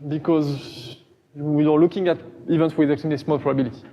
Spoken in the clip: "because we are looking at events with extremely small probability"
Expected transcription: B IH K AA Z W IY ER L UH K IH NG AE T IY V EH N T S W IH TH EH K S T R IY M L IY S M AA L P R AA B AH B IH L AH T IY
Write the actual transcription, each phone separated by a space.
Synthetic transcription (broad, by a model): B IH K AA Z W IY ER L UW K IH NG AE T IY V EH N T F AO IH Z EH K T IY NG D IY S M AA L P R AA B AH B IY L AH T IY